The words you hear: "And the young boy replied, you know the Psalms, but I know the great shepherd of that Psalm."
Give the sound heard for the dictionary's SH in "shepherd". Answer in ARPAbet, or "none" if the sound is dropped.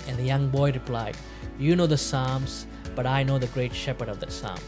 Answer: SH